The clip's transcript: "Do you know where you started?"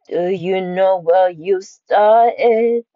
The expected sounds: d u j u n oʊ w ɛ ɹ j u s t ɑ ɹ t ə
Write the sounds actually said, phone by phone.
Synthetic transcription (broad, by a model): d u j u n oʊ w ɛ l j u s t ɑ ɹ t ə